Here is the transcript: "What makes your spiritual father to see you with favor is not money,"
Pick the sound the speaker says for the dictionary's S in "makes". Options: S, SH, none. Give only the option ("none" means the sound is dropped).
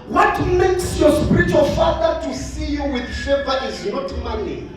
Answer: S